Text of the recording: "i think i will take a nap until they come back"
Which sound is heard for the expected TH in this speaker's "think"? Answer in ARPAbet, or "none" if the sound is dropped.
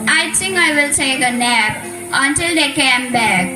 T